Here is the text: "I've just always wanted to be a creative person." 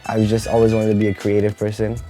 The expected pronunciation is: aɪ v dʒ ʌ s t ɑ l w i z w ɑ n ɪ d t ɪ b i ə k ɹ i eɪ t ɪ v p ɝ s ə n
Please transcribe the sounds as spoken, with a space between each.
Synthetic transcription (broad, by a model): aɪ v dʒ ʌ s t ɑ l w i z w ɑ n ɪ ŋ t ɪ b i ə k ɹ i eɪ t ɪ v p ɝ s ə n